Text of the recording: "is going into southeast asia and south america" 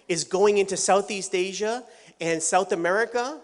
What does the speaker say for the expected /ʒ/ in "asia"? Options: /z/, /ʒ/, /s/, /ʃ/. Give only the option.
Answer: /ʒ/